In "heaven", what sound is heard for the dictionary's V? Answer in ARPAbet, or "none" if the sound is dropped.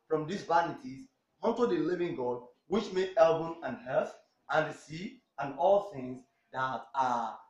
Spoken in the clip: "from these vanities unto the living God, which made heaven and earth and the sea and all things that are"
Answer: B